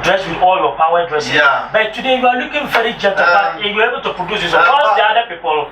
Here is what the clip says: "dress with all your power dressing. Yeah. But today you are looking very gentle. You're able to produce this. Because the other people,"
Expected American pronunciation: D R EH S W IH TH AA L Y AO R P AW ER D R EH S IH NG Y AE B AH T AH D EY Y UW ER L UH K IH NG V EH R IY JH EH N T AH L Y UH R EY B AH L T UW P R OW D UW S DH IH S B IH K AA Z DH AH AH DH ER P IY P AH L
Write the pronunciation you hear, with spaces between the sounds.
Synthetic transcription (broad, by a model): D R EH S W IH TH AA L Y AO P AW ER D R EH S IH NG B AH T AH D EY Y UW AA L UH K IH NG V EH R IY JH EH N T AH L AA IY W EY B AH L T UW P R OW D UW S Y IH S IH AA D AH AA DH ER P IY P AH L